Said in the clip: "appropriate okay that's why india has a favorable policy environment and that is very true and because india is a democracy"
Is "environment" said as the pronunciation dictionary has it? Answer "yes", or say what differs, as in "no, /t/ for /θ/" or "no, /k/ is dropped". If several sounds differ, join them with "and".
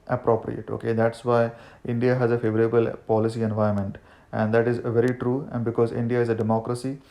no, /ɹ/ is dropped